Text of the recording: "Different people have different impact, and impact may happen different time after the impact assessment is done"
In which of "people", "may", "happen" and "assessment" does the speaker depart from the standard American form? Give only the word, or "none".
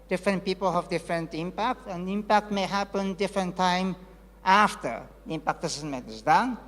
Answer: assessment